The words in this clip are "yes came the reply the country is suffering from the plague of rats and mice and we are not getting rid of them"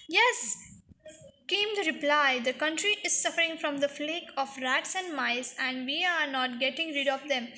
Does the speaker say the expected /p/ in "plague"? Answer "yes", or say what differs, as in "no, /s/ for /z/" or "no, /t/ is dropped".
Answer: no, /f/ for /p/